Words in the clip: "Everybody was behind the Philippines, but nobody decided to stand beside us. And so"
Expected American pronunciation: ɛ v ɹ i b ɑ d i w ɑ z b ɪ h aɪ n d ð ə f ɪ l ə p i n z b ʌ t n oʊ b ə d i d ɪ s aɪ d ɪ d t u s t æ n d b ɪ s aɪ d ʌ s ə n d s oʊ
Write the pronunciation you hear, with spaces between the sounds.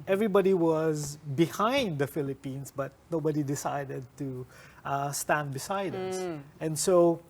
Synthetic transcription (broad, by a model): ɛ v ɹ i b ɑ d i w ɑ z b ɪ h aɪ n d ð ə f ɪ l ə p i n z b ʌ t n oʊ b ə d i d ɪ s aɪ d ɪ d t u s t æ n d b ɪ s aɪ d ʌ s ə n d s oʊ